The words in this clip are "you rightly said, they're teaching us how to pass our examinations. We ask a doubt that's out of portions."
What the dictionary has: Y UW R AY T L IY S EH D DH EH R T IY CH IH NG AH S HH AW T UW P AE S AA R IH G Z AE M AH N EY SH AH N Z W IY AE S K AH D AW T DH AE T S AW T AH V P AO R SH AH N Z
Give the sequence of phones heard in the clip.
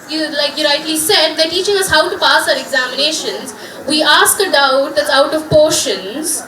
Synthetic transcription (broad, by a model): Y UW L AY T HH IY S EH D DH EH T IY CH IH NG AH S HH AW T UW P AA S AA R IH G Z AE M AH N EY SH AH N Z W IY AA S K AH D AW T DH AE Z AW T AH V P AO R SH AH N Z